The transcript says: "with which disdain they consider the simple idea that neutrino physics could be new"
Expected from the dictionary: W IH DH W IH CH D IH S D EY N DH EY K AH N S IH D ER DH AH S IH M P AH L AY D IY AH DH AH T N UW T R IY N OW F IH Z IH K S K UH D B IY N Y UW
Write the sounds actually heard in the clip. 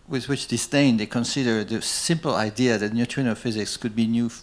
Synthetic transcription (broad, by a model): W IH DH W IH CH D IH S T EY N DH EY K AH N S IH D ER DH AH S IH M P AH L AY D IY AH DH AH T N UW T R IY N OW F IH Z IH K S K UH D B IY N Y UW